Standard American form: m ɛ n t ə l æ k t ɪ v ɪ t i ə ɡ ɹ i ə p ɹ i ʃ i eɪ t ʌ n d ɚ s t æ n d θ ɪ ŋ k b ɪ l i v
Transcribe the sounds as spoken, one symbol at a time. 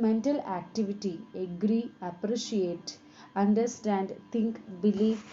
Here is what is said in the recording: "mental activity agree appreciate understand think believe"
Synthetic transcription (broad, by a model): m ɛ n t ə l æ k t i v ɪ t i ə ɡ ɹ i ə p ɹ i ʃ i eɪ t ʌ n d ɚ s t æ n d t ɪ ŋ k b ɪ l i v